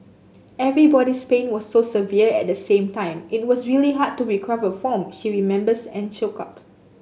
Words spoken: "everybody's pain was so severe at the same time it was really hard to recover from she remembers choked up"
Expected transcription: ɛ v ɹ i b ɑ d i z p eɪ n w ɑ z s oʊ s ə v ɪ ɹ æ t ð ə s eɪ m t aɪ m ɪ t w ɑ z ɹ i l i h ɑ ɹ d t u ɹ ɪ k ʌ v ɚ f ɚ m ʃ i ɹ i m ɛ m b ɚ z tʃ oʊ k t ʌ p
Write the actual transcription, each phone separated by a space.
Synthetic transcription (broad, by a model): ɛ v ɹ i b ɑ d i s p eɪ n w ɑ s oʊ s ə v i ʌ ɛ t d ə s eɪ m t aɪ m ɪ t w ɑ s ɹ i l i h ɑ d t u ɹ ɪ k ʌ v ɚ f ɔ m ʃ i ɹ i m ɛ m b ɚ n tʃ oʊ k ʌ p